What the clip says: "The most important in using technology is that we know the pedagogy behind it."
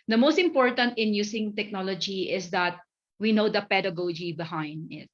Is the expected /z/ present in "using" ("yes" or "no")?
no